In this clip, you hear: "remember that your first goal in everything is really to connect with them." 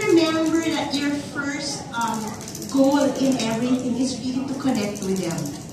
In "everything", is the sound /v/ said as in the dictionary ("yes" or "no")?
no